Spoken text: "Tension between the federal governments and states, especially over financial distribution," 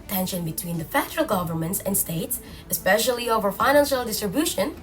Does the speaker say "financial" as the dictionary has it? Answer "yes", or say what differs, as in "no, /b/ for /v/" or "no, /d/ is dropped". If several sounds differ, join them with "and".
yes